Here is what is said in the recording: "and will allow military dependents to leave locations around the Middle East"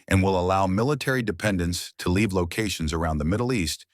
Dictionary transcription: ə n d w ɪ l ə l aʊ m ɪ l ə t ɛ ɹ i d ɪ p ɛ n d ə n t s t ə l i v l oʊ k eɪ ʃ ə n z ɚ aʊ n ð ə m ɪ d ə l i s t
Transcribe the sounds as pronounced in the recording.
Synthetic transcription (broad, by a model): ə n w ɪ l ə l aʊ m ɪ l ə t ɛ ɹ i d ɪ p ɛ n d ə n t s t ə l i v l oʊ k eɪ ʃ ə n z ɚ aʊ n ð ə m ɪ d l i s t